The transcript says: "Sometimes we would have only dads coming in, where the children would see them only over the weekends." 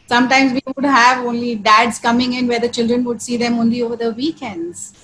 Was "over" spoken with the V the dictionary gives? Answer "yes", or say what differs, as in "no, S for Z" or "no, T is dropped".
yes